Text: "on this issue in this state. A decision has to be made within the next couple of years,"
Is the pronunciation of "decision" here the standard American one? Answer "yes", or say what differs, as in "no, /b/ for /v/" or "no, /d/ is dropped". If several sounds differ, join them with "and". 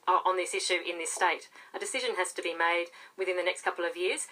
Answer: yes